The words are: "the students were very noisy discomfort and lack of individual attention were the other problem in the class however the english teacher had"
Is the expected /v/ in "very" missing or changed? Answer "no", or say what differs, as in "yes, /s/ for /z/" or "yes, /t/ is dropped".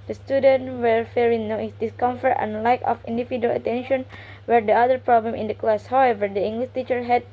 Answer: yes, /f/ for /v/